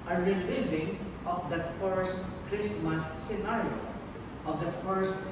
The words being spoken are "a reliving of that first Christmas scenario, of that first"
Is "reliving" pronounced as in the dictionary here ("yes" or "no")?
yes